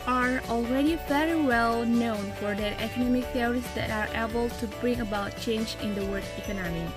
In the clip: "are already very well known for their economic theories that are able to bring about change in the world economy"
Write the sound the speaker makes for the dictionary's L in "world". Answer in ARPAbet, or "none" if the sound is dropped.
none